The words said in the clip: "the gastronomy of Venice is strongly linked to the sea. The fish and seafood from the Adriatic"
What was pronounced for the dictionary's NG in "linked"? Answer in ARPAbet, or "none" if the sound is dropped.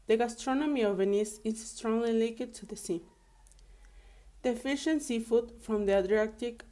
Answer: none